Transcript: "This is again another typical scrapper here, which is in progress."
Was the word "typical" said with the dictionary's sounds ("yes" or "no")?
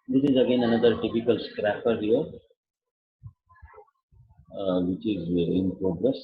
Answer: yes